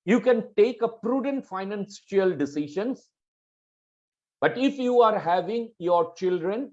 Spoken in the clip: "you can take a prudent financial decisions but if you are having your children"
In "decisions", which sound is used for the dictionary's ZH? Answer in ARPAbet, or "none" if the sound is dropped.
SH